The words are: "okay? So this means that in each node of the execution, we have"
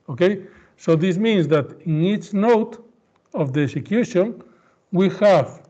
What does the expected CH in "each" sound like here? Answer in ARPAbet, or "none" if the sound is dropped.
CH